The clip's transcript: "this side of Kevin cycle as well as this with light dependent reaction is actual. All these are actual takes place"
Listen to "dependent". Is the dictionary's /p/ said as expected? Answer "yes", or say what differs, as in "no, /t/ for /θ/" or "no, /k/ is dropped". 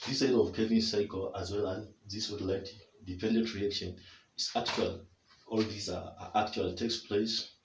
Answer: yes